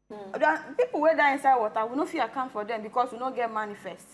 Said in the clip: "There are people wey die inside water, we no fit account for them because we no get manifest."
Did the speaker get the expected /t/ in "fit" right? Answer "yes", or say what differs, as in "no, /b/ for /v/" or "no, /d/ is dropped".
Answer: no, /t/ is dropped